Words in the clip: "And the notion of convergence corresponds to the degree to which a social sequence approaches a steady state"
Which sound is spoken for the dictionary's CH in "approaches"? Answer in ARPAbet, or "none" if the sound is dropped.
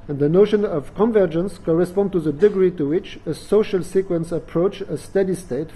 none